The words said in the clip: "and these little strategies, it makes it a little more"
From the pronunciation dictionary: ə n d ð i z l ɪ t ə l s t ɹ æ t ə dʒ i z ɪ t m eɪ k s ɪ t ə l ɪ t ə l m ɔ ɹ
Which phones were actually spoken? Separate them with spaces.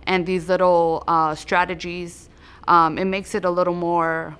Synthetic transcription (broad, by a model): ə n ð i z l ɪ t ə s t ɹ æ t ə dʒ i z ɪ t m eɪ k s ɪ t ə l ɪ t l m ɔ ɹ